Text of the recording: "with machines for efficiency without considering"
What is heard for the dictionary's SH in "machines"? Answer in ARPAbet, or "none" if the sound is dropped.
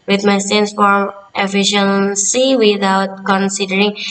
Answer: S